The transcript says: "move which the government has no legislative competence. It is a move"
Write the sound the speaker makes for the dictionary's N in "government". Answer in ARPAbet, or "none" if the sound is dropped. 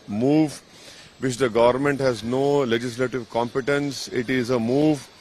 N